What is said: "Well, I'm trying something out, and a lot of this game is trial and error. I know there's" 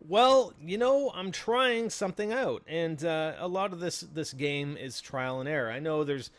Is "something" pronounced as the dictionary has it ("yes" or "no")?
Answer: yes